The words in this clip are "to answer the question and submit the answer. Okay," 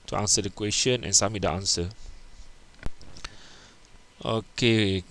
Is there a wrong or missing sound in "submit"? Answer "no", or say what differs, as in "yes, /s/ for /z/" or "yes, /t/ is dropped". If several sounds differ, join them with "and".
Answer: yes, /b/ is dropped